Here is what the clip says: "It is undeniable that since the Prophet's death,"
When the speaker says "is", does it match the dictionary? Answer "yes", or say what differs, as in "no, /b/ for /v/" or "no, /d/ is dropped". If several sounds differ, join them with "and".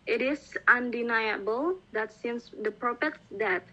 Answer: no, /s/ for /z/